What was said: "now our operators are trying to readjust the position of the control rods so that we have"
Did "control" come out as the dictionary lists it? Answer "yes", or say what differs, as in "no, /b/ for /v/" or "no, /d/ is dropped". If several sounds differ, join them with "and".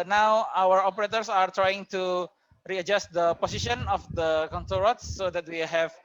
no, /ɹ/ is dropped